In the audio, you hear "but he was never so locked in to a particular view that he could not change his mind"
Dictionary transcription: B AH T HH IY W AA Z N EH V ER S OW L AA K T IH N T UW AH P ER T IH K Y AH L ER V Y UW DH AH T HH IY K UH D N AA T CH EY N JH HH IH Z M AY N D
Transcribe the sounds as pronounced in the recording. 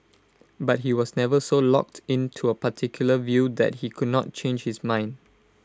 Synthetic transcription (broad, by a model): B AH T HH IY W AA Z N EH V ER S OW L AA K T IH N T UW AH P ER T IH K Y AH L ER V Y UW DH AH T HH IY K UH D N AA T CH EY N JH HH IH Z M AY N D